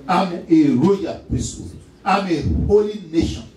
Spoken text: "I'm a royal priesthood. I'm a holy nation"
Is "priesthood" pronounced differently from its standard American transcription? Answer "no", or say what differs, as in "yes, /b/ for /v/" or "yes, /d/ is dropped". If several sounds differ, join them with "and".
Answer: yes, /ɹ/ is dropped and /d/ is dropped